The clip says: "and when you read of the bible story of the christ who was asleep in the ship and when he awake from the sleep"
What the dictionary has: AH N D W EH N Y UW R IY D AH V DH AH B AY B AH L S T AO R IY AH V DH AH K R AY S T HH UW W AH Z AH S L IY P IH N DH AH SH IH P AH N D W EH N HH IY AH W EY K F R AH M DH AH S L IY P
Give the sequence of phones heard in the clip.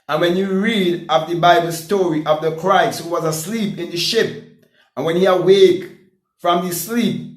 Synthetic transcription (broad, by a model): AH N W EH N Y UW R IY D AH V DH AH B AY B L S T AO R IY AH V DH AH K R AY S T HH UW W AH Z AH S L IY P IH N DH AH SH IH P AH N W EH N HH IY AH W EY K F R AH M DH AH S L IY P